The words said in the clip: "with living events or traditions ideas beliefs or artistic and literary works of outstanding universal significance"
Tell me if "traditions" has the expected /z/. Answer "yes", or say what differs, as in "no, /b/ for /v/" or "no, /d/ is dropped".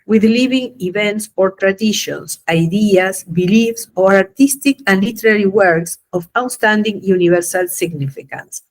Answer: no, /s/ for /z/